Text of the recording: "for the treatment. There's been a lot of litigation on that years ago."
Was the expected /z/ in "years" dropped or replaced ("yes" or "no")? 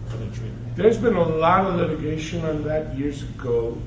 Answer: no